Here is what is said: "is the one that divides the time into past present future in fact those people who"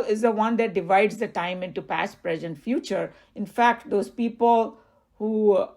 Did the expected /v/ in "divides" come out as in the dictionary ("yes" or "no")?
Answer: yes